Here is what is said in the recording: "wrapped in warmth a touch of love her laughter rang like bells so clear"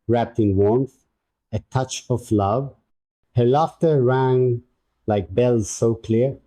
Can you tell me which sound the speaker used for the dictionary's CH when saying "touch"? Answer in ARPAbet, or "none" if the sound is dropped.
CH